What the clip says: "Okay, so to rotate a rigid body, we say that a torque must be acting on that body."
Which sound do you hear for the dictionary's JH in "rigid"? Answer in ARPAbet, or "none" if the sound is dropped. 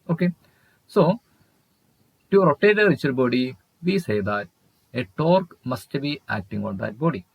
CH